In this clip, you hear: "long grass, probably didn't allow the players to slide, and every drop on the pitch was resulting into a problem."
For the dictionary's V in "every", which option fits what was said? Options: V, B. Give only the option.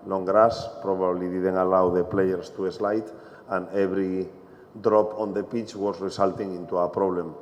B